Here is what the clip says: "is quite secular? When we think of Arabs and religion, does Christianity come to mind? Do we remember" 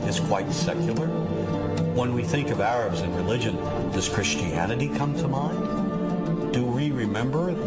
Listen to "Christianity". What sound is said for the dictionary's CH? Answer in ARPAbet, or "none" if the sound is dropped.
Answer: CH